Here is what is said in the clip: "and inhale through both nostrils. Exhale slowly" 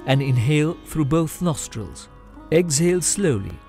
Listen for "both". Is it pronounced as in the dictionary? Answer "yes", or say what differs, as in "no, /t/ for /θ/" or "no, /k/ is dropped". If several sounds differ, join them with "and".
yes